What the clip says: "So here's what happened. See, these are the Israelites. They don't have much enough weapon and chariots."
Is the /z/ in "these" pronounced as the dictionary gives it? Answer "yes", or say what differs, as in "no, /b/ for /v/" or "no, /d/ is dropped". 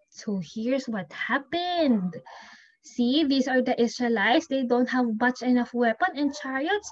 no, /s/ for /z/